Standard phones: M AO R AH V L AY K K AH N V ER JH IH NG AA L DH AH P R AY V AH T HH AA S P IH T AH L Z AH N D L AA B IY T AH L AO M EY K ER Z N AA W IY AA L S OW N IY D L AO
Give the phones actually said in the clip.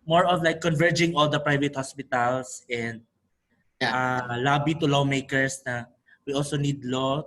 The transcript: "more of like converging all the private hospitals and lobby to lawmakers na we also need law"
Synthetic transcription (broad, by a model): M AO R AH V L AY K K AH N V ER JH IH NG AA L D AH P R AY V AH T HH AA S P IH T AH L S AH N D L AA B IY T AH L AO M EY K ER S N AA W IY AA L S OW N IY D L AO